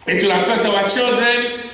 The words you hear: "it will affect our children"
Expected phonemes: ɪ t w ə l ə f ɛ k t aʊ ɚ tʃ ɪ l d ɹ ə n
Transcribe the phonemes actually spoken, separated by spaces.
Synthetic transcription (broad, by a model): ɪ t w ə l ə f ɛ t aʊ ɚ tʃ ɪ l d ɹ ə n